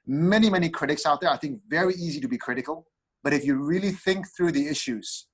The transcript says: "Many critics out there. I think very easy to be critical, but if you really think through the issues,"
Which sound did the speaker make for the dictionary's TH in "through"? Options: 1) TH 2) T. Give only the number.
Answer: 1